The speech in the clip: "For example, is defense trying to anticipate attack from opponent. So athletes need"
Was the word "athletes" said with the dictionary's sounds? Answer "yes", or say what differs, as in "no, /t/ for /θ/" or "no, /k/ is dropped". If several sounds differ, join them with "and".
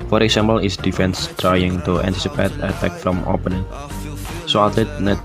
no, /s/ is dropped